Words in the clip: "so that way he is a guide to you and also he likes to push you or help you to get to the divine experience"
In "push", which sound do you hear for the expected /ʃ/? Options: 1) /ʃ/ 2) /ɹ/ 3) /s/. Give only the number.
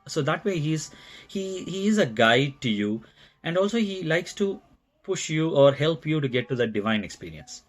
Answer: 1